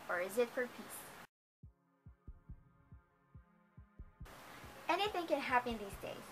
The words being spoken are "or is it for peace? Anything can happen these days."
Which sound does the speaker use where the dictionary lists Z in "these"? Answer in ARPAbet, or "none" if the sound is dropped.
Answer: Z